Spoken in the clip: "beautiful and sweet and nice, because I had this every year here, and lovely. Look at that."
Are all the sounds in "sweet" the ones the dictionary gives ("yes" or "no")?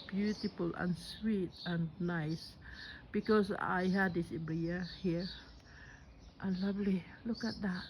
yes